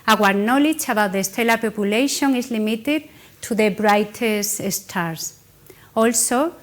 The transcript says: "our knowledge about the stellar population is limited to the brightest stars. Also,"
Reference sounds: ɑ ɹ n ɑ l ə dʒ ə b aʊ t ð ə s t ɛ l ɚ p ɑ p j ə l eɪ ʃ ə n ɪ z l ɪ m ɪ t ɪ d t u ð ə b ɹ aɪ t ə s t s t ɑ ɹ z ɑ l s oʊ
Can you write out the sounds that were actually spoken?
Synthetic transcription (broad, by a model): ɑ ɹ n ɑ l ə tʃ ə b aʊ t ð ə s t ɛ l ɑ p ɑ p j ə l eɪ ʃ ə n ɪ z l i m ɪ t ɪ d t u ð ə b ɹ aɪ t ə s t s t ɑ ɹ s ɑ l s oʊ